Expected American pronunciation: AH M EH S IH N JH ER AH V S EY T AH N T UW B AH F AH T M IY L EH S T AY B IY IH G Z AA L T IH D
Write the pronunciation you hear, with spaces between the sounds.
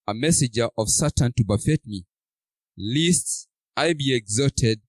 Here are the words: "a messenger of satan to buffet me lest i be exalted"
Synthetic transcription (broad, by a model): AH M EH S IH JH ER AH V S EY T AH N T UW B AH F AH T M IY L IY S T AY B IY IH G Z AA T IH D